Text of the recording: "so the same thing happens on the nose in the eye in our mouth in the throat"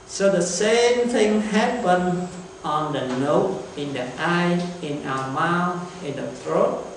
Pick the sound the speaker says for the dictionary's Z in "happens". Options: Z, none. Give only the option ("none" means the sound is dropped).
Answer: none